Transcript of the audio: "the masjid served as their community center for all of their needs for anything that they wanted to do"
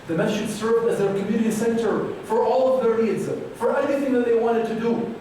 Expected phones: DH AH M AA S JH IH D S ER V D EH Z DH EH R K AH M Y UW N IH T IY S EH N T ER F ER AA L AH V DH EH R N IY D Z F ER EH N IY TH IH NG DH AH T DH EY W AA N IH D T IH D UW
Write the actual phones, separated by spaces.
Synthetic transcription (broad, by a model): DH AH M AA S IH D S ER V D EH Z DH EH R K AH M Y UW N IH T IY S EH N T ER F ER AA L AH V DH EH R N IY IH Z F ER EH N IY TH IH NG DH AH T DH EY W AA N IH D T IH D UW